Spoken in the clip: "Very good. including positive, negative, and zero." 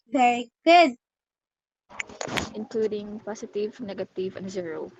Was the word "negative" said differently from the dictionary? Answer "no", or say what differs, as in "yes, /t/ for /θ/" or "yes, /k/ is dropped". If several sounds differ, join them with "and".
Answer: no